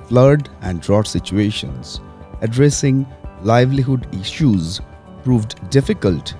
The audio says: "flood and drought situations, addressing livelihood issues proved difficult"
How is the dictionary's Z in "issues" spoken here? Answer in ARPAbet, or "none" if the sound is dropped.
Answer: Z